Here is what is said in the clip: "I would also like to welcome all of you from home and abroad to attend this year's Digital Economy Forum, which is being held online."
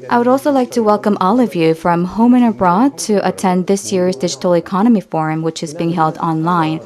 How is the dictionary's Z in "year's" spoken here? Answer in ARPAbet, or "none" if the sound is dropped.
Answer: Z